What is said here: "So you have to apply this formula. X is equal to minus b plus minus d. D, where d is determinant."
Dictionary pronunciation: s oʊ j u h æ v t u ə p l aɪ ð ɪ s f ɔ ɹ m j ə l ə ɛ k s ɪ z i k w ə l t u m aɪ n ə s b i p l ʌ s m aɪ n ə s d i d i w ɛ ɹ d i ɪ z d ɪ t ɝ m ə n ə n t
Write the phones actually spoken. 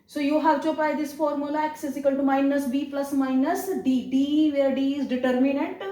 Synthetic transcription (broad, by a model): s oʊ j u h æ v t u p aɪ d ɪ s f ɔ ɹ m j ə l ə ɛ k s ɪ s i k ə l t u m aɪ n ə s b i p l ʌ s m aɪ n ə s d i d i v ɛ ɹ d i ɪ z d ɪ t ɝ m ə n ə n t